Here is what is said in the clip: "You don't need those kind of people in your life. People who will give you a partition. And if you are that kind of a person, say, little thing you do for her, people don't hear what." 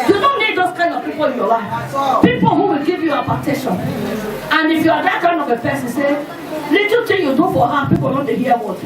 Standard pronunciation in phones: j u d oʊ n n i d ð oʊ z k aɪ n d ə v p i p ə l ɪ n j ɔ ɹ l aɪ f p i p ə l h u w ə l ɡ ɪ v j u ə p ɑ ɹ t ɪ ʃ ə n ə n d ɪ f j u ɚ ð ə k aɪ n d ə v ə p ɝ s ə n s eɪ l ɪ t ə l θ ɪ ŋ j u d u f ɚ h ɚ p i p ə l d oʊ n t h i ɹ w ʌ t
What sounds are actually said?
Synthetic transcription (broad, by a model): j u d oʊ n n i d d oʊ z k aɪ n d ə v p i p ə l ɪ n j ɔ l aɪ f p i p ə l h u w ə l ɡ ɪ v j u ə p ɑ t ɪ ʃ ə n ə n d ɪ f j u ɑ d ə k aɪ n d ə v ə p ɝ s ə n s eɪ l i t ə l t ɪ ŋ j u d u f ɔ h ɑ p i p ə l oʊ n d h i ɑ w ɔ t